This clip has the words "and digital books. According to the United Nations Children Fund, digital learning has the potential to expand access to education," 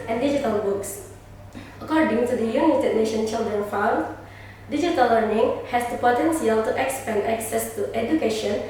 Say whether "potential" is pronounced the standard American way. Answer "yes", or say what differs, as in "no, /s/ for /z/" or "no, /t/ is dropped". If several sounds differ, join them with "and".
no, /s/ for /ʃ/